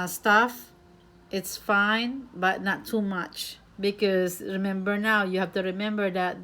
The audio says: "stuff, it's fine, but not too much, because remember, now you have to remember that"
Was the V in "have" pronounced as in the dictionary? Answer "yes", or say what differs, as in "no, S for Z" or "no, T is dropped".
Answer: no, F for V